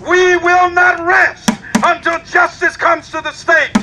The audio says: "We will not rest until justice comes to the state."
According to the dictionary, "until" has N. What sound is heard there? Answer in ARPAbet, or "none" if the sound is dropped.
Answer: N